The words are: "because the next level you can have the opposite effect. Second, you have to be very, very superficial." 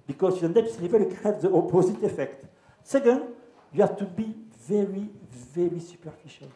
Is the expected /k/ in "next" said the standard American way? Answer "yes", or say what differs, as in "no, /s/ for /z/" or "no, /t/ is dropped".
no, /k/ is dropped